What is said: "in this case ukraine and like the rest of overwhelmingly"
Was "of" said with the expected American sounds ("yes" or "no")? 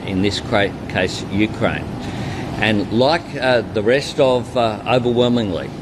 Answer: yes